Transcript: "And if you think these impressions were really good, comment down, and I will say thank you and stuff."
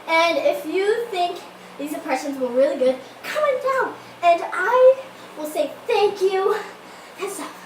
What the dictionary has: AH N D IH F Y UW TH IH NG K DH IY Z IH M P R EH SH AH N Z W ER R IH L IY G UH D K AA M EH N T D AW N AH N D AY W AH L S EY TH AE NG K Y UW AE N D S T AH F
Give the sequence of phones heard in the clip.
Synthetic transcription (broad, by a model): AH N IH F Y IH TH IH NG K DH IY Z IH M P R EH SH AH N Z W ER R IH L IY G UH D K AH M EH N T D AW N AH N AY W AH L S EY TH AE NG K Y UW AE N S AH